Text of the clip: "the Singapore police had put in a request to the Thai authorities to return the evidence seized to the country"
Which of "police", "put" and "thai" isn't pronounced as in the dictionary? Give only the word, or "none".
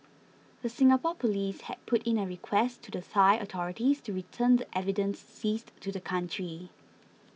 thai